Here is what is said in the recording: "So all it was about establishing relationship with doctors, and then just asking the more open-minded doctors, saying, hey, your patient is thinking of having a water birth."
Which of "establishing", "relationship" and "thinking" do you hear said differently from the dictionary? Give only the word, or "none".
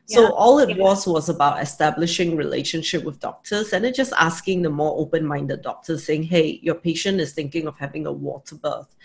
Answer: none